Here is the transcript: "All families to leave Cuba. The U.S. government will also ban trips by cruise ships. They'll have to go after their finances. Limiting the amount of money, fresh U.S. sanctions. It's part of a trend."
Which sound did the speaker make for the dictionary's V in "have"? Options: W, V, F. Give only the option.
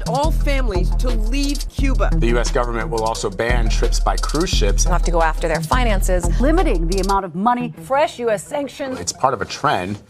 F